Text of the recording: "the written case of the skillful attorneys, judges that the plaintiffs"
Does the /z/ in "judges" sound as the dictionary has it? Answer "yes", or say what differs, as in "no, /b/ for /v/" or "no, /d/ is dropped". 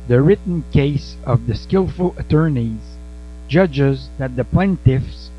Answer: yes